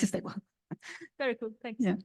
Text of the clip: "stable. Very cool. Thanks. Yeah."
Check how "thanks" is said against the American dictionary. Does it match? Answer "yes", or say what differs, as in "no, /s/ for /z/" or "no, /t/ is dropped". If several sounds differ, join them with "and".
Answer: no, /s/ is dropped